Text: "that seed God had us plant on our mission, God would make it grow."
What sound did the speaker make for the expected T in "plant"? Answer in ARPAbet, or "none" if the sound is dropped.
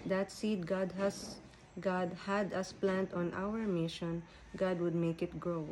T